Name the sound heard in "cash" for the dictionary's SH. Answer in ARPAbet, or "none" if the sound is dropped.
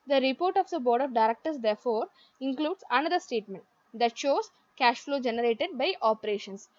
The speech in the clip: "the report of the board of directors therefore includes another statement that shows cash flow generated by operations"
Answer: SH